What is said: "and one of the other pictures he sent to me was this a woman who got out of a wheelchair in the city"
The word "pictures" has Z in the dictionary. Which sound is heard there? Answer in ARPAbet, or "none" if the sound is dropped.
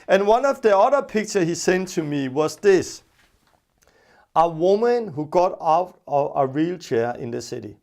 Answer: none